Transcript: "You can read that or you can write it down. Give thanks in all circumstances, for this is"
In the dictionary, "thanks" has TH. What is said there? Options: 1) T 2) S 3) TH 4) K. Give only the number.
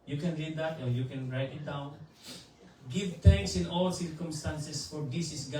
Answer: 1